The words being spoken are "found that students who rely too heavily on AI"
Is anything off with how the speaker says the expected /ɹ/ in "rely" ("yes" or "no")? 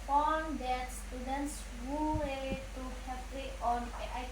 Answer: yes